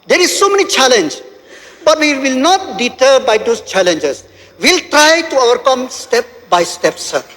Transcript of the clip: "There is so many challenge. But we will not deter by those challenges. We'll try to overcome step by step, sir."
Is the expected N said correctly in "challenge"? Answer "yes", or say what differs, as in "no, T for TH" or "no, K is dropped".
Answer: yes